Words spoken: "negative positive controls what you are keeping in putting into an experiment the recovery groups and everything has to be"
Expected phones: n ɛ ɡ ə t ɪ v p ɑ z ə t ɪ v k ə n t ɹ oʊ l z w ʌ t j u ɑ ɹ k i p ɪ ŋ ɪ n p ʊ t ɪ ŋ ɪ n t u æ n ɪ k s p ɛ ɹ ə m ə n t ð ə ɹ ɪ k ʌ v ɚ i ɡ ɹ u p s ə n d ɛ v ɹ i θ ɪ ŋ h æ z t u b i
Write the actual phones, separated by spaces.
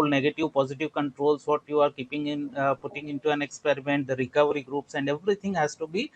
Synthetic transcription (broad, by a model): n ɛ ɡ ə t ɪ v p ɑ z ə t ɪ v k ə n t ɹ oʊ l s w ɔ t j u ɑ ɹ k i p ɪ ŋ ɪ n p ʊ t ɪ ŋ ɪ n t u æ n ɪ k s p ɛ ɹ ə m ə n t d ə ɹ ɪ k ʌ v ɚ i ɡ ɹ u p s ə n d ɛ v ɹ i t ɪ ŋ h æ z t u b i